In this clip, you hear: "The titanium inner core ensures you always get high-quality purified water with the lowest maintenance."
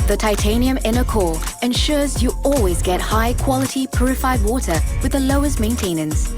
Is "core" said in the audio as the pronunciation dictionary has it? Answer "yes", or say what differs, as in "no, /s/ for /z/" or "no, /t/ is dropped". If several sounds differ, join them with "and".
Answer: no, /l/ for /ɹ/